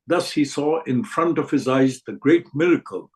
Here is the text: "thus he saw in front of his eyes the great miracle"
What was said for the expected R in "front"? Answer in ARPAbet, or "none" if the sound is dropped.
R